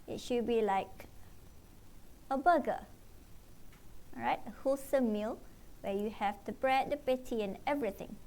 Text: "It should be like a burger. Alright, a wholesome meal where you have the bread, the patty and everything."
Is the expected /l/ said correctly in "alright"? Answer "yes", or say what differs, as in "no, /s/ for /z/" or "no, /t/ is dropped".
no, /l/ is dropped